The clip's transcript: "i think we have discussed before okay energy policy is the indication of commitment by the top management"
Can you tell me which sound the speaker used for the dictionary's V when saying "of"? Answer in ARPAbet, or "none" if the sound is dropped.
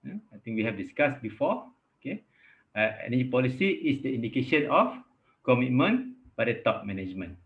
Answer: F